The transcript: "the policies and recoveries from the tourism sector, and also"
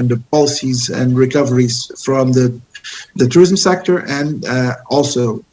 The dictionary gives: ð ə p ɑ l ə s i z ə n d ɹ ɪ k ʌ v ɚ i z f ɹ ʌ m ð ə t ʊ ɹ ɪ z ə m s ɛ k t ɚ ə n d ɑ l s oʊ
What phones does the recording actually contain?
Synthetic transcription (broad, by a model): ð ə p ɑ l ə s i z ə n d ɹ ɪ k ʌ v ɚ i z f ɹ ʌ m ð ə t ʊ ɹ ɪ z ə m s ɛ k t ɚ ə n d ɑ l s oʊ